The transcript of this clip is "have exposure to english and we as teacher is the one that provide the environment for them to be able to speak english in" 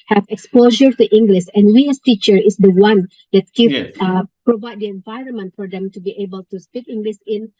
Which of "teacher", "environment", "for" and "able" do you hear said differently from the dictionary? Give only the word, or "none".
none